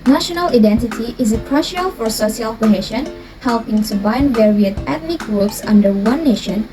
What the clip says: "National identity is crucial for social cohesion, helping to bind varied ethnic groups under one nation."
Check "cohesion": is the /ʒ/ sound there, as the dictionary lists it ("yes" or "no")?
no